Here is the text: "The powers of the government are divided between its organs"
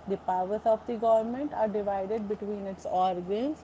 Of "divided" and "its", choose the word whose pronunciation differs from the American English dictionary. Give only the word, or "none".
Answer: none